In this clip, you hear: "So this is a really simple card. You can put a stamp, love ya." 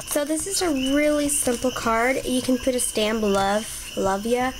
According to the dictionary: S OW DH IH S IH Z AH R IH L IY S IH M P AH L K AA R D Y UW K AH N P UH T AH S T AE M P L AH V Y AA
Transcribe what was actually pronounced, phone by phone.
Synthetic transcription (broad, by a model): S OW DH IH S IH Z AH R IH L IY S IH M P L K AA R D Y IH K AH N P UH T AH S T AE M B L AH V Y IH